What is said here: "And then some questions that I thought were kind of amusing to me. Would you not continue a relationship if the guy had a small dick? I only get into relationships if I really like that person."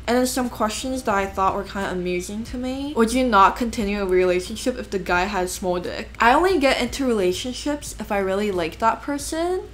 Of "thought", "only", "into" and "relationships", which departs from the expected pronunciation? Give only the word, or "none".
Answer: none